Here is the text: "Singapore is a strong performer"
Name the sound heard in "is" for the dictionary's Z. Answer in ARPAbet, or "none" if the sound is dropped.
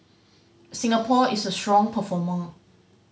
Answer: S